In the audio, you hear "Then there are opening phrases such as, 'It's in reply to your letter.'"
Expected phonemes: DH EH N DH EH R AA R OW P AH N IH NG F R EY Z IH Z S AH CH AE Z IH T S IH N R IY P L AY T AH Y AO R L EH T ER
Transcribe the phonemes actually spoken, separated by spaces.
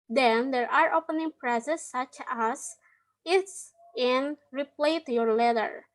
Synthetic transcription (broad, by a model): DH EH N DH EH R AA R OW P AH N IH NG P R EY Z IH S AH CH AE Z IH T S IH N R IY P L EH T Y AO R L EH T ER